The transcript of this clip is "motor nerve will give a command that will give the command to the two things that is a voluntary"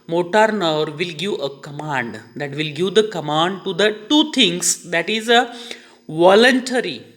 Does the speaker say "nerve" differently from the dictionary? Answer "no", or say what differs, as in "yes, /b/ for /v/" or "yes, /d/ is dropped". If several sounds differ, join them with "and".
no